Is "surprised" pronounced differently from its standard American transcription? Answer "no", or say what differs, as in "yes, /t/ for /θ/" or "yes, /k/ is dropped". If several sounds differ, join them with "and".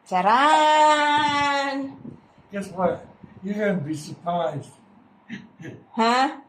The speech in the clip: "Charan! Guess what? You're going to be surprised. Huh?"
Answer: no